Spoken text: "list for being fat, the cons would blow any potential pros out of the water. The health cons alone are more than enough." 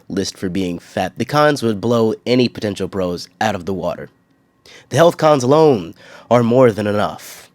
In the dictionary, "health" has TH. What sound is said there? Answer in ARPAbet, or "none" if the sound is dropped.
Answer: TH